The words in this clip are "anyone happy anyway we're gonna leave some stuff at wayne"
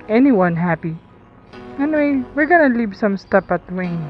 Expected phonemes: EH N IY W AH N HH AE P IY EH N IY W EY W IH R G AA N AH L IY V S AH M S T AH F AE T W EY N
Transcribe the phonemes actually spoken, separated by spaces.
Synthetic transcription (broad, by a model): EH N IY W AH N HH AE P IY EH N IY W EY W IH R G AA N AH L IY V S AH M S T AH P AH T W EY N